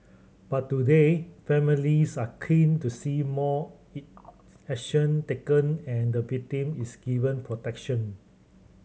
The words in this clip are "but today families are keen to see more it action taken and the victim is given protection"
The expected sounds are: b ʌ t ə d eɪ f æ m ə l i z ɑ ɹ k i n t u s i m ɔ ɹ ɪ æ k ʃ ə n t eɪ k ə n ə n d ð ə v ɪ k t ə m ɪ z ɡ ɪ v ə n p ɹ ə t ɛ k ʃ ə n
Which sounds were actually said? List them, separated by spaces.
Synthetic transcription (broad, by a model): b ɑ t ə d eɪ f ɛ m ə l i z ɑ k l i n t u s i m ɔ ɪ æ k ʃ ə n t eɪ k ə n ə n d ə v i t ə m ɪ s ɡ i v ə n p ɹ ə t ɛ k ʃ ə n